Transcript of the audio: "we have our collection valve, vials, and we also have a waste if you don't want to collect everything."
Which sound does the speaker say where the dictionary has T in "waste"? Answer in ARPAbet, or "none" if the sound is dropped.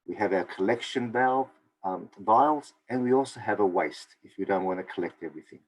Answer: T